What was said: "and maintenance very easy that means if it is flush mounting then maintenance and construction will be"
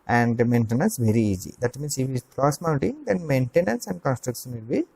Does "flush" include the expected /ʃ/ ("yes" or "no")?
no